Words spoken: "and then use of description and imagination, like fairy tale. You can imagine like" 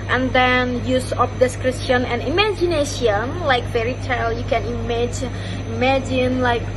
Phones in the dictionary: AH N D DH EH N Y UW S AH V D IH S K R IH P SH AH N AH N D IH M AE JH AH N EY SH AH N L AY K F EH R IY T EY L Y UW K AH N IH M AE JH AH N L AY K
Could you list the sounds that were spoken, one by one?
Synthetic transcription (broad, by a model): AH N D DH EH N Y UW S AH P D IH S K R IH P SH AH N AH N IH M AE JH AH N EY SH AH N L AY K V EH R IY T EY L Y UW K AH N IH M AE JH AH N L AY K